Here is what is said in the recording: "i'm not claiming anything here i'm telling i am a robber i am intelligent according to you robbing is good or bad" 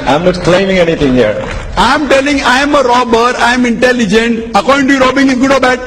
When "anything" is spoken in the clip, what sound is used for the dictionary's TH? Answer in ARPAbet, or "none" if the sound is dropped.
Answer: T